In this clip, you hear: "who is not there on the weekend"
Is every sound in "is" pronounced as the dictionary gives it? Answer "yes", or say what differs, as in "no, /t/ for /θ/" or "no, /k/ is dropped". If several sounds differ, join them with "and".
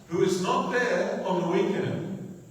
yes